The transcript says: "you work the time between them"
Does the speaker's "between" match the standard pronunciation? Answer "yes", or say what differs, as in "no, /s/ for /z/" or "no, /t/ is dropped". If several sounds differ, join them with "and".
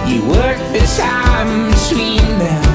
no, /s/ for /t/